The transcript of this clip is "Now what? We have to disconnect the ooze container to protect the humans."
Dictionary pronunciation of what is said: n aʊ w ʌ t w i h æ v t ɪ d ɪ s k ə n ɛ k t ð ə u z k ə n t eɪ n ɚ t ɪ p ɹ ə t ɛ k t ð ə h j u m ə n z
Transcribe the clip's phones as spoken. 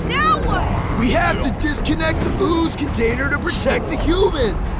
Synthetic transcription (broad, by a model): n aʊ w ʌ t w i h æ f t ɪ d ɪ s k ə n ɛ k t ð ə u z k ə n t eɪ n ɚ t ɪ p ɹ ə t ɛ k t ð ə h j u m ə n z